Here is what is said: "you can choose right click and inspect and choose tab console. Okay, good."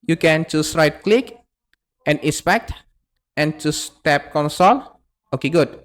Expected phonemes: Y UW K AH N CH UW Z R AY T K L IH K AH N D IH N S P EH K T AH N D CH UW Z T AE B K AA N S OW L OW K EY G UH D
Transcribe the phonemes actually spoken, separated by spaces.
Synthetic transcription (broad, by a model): Y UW K AH N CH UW S R AY T K L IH K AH N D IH S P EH K T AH N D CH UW S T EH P K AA N S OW L OW K EY G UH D